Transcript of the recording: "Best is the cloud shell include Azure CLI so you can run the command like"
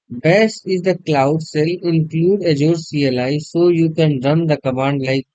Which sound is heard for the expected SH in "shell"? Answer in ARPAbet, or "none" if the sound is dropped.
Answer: S